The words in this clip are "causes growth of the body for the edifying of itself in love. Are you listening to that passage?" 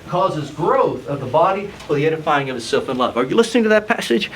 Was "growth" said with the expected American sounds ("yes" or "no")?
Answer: yes